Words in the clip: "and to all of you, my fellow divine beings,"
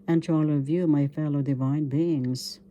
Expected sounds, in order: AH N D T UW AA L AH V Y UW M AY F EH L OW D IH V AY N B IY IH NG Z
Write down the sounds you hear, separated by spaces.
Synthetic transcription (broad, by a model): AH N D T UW AA L AH V Y UW M AY F EH L OW D IH V AY N B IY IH NG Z